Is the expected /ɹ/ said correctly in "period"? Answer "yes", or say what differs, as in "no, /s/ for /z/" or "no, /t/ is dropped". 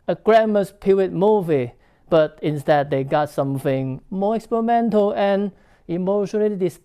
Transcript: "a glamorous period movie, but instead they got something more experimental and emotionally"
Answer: no, /w/ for /ɹ/